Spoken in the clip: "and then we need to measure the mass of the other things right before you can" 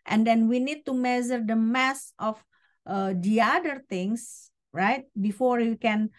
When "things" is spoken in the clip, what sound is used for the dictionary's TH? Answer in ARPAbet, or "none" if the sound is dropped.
T